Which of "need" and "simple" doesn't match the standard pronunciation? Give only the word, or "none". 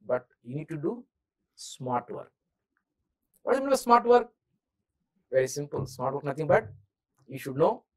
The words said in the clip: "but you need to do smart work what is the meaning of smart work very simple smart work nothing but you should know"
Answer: none